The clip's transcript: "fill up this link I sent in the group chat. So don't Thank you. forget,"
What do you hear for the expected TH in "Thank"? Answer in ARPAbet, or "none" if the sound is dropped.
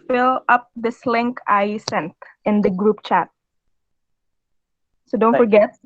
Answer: F